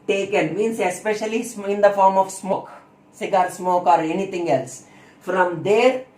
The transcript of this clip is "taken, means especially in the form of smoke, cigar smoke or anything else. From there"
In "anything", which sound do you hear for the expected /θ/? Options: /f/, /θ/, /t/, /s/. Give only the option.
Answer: /t/